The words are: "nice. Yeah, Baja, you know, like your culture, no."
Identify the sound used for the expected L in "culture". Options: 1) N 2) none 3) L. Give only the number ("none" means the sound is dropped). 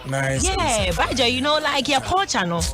2